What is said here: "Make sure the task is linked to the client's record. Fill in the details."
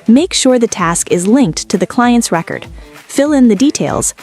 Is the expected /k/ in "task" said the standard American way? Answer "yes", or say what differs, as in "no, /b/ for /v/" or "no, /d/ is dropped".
yes